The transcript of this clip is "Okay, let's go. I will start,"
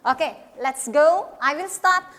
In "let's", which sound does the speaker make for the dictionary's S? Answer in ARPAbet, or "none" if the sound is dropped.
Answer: S